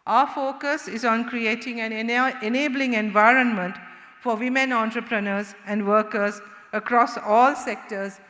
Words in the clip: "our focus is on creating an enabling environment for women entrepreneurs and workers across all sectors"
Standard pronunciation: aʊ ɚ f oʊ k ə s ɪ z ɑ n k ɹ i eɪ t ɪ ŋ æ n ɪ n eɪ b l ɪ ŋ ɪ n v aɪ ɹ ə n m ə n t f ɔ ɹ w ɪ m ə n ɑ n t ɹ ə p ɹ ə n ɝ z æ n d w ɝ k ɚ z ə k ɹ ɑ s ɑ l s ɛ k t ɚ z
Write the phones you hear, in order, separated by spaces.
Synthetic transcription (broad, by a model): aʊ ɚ f oʊ k ə s ɪ z ɑ n k ɹ i eɪ t ɪ ŋ æ n ɪ n eɪ b l ɪ ŋ ɪ n v aɪ ɹ ə n m ə n t f ɔ ɹ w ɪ m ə n ɑ n t ɹ ə p ɹ ə n ɝ z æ n d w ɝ k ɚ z ə k ɹ ɑ s ɑ l s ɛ k t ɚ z